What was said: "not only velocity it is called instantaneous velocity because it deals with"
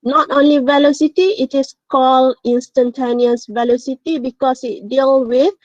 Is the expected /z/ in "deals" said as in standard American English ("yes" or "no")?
no